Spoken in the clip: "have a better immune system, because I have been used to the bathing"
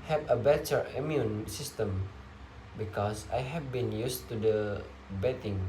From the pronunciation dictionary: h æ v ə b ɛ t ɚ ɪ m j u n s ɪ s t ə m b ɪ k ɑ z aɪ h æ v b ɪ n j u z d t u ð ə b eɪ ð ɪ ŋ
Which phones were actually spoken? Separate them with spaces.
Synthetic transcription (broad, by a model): h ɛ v ə b ɛ t ɚ ɪ m j u n s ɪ s t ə m b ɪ k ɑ s aɪ h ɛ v b ɪ n j u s t u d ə b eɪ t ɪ ŋ